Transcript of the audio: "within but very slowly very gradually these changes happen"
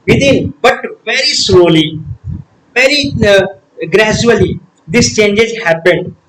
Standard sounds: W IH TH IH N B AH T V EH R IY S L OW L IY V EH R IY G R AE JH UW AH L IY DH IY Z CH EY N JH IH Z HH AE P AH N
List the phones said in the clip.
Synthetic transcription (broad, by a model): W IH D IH N B AH T V EH R IY S L OW L IY V EH R IY G R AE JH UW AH L IY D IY S CH EY N JH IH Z HH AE P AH N